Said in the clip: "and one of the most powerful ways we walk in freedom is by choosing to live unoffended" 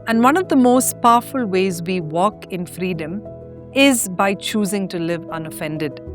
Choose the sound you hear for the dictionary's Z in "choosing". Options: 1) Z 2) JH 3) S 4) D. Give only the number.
1